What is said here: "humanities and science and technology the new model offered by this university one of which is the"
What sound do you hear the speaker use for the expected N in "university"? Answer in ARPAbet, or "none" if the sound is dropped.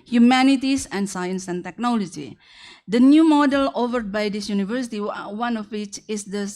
N